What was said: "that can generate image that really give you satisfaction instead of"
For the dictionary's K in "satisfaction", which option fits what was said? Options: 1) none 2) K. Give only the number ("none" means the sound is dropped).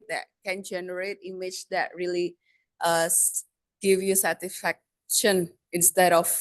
2